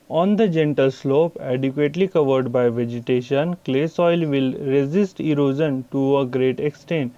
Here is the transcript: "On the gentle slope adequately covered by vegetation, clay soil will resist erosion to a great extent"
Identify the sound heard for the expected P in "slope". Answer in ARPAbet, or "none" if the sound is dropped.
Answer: P